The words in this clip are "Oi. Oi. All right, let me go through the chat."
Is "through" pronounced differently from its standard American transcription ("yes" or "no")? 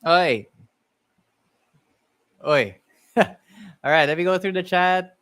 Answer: no